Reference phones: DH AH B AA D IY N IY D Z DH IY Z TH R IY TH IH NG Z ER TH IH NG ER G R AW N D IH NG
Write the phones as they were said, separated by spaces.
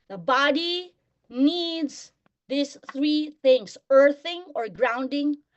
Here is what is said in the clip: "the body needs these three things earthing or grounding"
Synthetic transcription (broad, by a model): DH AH B AA D IY N IY D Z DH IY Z TH R IY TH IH NG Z ER TH IH NG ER G R AW N D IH NG